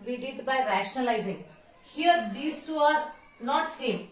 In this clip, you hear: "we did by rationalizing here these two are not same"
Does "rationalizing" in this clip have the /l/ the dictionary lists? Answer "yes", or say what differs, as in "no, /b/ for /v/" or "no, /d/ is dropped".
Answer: yes